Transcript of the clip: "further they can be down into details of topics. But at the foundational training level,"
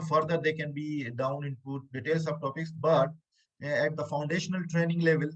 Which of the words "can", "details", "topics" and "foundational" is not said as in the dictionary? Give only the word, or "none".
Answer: details